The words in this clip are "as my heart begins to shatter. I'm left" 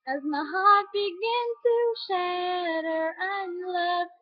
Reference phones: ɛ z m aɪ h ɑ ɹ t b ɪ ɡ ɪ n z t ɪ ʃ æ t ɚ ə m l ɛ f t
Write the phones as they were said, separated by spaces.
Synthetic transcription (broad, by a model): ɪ z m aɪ h ɑ ɹ t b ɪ ɡ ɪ n t ɪ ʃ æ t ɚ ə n l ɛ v